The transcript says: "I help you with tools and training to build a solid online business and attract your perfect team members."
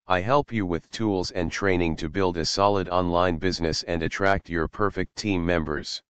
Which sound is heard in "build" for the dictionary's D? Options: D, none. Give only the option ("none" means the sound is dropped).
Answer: D